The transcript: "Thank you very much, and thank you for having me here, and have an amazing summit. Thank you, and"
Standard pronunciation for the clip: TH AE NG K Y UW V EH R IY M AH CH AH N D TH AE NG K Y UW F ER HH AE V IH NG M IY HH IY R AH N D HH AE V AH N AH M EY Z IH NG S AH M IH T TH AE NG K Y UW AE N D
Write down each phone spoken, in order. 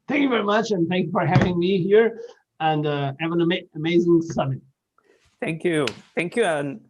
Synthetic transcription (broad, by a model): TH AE NG K Y UW V EH R IY M AH CH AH N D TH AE NG K Y UW F ER HH AE V IH NG M IY HH IY R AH N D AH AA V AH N AH M EY Z IH NG S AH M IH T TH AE NG K Y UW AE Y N